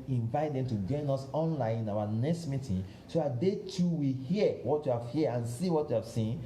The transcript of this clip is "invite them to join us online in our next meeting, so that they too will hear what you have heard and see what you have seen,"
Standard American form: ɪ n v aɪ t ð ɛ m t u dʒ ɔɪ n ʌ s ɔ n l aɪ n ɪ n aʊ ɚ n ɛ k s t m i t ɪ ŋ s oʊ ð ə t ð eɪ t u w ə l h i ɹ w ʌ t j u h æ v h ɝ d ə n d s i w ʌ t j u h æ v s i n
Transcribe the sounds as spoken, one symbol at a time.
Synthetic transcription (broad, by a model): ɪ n v aɪ t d ɛ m t u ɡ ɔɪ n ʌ s ɔ n l aɪ n ɪ n aʊ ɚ n ɛ k s t m i t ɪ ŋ s oʊ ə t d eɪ t u w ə h i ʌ w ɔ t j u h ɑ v h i ə n s i w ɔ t j u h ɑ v s i n